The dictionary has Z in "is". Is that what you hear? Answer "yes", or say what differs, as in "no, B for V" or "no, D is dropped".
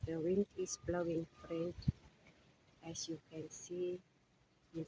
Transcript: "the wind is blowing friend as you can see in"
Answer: no, S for Z